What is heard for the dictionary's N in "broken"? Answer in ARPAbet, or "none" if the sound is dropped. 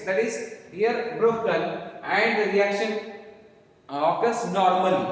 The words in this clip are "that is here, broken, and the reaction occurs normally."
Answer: L